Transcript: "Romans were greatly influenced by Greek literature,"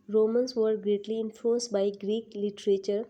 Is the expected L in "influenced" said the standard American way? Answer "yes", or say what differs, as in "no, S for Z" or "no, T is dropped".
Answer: no, L is dropped